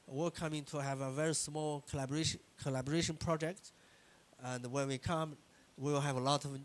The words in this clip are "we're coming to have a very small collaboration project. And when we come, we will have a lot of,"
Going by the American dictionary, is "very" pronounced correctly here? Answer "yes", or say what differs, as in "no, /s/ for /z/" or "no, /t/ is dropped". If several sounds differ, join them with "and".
yes